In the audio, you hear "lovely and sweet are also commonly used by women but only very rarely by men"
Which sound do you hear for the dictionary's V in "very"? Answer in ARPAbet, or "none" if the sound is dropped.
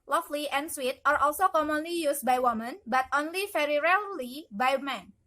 F